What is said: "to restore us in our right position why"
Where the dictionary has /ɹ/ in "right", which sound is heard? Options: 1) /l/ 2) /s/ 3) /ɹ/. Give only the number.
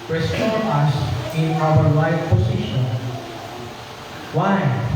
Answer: 1